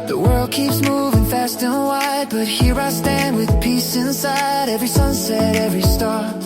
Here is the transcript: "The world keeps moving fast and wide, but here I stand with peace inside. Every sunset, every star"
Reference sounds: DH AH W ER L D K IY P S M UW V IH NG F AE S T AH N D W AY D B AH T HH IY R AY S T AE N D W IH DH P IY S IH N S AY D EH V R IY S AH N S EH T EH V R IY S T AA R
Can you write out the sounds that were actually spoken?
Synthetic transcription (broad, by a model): DH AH W ER L D K IY P S M UW V IH NG F AE S T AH N W AY D B AH T HH IY R AY S T AE N D W IH DH P IY S IH N S AY D EH V R IY S AH N S EH T EH V R IY S T AA R